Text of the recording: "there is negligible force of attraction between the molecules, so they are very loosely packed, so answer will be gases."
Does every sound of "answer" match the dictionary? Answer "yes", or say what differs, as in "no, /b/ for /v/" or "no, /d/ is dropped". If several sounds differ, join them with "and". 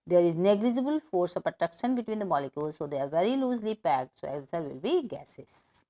no, /n/ is dropped